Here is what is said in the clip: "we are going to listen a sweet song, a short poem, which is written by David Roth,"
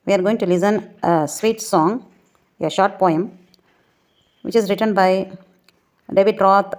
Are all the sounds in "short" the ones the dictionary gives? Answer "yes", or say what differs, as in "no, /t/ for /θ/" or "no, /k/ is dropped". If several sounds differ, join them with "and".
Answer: yes